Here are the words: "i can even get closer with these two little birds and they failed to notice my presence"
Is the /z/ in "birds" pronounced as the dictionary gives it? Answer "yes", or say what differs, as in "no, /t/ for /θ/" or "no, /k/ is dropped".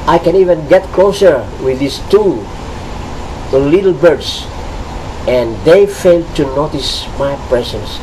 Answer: no, /s/ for /z/